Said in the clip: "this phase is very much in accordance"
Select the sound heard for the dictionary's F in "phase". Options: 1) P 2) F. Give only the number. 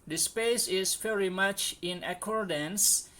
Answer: 1